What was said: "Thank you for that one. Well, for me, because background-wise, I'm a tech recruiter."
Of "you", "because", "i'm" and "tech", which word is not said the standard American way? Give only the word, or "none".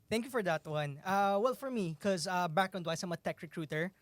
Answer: because